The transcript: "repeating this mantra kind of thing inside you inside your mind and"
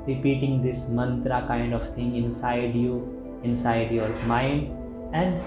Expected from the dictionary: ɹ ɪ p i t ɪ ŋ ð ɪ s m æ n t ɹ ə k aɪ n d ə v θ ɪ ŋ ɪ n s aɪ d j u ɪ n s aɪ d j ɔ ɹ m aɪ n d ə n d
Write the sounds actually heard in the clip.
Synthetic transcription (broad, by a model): ɹ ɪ p i t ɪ ŋ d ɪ s m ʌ n t ɹ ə k aɪ n d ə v t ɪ ŋ ɪ n s aɪ d j u ɪ n s aɪ d j ɔ ɹ m aɪ n d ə n d